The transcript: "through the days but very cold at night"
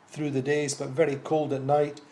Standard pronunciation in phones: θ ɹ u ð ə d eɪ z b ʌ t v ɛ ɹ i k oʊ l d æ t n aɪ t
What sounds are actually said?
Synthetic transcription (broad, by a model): θ ɹ u ð ə d eɪ z b ʌ t v ɛ ɹ i k oʊ l d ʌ t n aɪ t